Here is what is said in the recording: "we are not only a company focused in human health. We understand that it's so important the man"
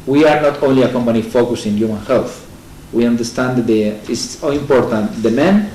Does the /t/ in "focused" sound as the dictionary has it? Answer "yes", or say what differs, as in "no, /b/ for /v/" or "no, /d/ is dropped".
no, /t/ is dropped